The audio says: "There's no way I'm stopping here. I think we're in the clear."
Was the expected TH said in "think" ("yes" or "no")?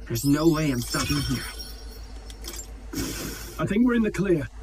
yes